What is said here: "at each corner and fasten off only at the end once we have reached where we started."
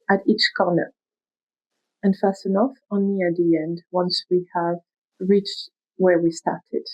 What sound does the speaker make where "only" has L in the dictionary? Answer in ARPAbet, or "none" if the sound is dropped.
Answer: none